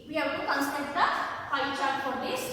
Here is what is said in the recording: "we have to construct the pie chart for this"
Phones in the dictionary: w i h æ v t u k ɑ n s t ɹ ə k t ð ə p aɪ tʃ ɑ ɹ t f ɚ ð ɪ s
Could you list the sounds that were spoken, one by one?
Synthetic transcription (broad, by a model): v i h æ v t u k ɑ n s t ə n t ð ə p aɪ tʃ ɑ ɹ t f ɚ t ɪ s